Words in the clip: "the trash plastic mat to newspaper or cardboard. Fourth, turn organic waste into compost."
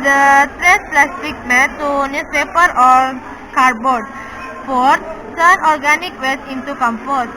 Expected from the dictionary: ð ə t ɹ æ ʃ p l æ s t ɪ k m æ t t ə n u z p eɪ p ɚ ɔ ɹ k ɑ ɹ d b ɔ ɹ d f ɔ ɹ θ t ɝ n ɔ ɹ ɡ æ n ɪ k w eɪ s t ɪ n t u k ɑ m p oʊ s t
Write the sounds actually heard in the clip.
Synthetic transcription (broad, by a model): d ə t ɹ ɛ s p l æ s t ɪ k m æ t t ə n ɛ s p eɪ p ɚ ɔ ɹ k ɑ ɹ d b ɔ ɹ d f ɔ ɹ t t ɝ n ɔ ɹ ɡ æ n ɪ k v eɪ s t ɪ n t u k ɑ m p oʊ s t